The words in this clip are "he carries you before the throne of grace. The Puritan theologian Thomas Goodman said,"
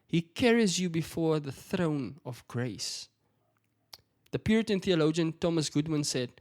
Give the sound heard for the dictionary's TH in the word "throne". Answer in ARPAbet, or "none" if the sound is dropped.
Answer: TH